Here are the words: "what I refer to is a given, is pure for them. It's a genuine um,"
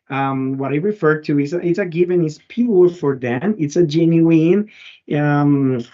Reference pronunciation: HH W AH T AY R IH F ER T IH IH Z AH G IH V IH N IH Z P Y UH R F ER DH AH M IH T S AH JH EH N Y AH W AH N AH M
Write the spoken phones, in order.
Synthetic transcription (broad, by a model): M W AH T AY R IH F ER T IH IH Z AH G IH V IH N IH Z P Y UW L F ER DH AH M IH T S AH JH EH N Y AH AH N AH M